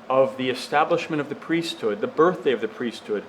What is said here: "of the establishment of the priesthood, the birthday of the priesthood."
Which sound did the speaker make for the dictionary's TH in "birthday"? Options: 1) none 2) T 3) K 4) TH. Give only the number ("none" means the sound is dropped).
4